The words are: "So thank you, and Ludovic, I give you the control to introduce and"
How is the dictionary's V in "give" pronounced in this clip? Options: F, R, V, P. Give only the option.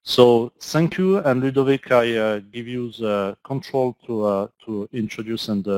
V